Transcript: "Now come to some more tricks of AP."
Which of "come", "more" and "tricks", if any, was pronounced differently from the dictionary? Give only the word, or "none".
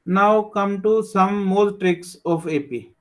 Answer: more